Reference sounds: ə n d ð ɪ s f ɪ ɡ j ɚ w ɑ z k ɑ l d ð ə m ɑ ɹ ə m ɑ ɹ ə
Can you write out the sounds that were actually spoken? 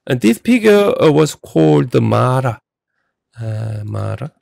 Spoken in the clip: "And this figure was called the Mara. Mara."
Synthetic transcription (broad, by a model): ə n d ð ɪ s p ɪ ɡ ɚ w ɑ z k ɑ l d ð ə m ɑ ɹ ə m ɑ ɹ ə